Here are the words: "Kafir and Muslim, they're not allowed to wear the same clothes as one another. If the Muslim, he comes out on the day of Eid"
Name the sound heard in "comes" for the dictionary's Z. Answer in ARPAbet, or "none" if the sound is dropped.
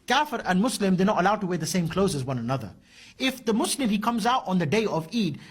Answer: Z